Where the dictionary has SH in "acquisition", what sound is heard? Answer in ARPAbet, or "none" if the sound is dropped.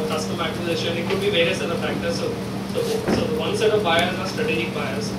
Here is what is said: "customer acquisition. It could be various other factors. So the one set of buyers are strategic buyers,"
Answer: none